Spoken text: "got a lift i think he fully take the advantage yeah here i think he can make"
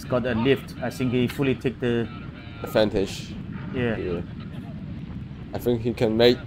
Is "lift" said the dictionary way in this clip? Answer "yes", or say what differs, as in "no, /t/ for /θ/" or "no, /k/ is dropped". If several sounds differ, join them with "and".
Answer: yes